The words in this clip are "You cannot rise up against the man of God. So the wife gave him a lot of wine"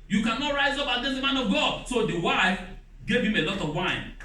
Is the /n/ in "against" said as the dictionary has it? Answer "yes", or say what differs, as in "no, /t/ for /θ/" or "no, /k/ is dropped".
no, /n/ is dropped